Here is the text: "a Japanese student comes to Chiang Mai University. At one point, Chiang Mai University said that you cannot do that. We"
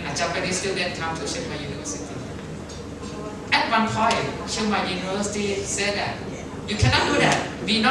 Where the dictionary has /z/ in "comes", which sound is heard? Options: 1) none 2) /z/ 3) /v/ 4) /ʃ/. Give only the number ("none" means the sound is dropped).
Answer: 1